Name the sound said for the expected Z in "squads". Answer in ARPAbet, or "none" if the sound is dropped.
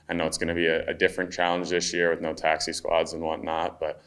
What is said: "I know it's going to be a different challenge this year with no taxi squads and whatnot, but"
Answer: Z